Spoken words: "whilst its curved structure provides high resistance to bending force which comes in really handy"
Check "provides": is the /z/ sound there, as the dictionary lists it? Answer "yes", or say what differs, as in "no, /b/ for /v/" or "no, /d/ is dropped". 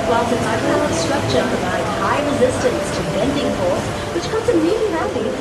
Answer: no, /z/ is dropped